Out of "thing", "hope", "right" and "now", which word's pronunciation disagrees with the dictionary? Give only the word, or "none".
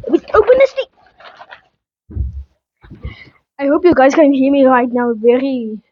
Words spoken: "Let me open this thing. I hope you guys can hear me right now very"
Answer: thing